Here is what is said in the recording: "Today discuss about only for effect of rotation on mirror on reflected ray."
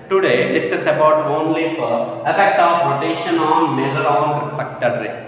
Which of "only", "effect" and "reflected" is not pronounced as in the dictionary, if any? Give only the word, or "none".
reflected